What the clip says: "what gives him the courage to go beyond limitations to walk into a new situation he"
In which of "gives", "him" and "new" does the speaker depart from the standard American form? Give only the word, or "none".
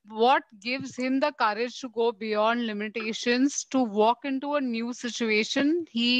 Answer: none